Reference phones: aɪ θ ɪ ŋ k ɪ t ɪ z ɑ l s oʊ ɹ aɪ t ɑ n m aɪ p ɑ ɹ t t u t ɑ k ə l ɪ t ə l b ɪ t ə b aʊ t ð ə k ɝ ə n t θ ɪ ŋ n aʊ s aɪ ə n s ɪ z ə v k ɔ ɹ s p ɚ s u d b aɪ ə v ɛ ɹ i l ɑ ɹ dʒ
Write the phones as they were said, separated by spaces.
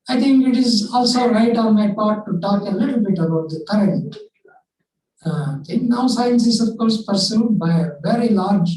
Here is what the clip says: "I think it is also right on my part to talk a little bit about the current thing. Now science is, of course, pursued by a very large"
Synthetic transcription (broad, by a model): aɪ t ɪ ŋ k ɪ t ɪ z ɑ l s oʊ ɹ aɪ t ɑ n m aɪ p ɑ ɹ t t u t ɑ k ə l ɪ t l b ɪ t ə b aʊ t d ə k ɝ ə n t t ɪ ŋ n aʊ s aɪ ə n s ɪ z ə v k ɔ ɹ s p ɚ s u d b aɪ ə v ɛ ɹ i l ɑ ɹ dʒ